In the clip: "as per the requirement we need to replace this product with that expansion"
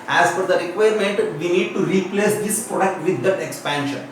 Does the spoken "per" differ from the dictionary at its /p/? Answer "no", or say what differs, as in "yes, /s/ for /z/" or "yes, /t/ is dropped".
yes, /f/ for /p/